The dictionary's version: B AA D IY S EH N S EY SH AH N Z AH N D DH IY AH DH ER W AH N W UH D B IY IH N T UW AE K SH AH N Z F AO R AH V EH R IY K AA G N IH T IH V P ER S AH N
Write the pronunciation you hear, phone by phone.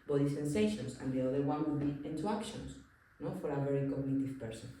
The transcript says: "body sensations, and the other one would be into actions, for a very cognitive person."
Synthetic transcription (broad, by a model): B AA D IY S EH N S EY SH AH N S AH N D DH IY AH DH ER W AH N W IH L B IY IH N T UW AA K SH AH N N F AO R AH V EH R IY K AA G N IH T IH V P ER S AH N